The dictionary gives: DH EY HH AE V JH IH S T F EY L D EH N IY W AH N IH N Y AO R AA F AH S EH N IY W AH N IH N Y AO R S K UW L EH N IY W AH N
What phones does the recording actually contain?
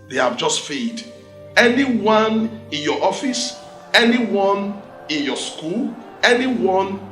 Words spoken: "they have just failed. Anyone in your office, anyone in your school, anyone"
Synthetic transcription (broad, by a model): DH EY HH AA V JH IH S T F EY D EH N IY W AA N IH N Y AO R AA F AH S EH N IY W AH N IH N Y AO S K UW L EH N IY W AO N